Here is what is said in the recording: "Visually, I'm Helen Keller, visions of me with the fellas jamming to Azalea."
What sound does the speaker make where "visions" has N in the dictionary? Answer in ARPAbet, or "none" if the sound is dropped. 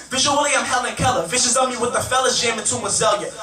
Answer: none